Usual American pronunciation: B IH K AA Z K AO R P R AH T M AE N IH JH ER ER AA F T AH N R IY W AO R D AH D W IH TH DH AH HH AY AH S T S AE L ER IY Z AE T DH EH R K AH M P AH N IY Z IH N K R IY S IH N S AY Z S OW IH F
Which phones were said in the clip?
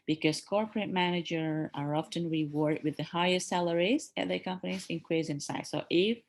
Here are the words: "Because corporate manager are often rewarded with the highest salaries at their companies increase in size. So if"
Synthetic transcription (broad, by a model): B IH K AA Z K AO R P R AH T M AE N IH JH ER ER AA F T AH N R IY W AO R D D W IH DH AH HH AY AH S T S AE L ER IY Z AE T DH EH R K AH M P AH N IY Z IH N K W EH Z IH N S AY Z S OW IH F